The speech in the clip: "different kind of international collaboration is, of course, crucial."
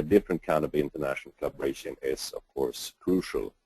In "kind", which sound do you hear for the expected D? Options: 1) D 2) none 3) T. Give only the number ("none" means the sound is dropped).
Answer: 2